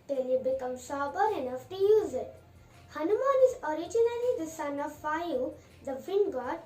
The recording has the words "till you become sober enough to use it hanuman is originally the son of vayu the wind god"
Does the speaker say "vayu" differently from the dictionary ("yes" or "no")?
yes